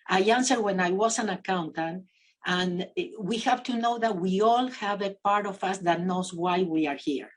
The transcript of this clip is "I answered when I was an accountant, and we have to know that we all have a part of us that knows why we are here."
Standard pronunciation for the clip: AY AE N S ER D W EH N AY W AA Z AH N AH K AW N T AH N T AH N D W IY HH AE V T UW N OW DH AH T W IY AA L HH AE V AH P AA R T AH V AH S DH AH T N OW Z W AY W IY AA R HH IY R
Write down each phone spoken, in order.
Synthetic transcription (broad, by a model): AY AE N S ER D W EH N AY W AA S AH N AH K AW N T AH N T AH N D W IY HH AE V T UW N OW DH AH T W IY AA L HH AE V AH P AA R T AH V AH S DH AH T N OW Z W AY W IY AA R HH IY R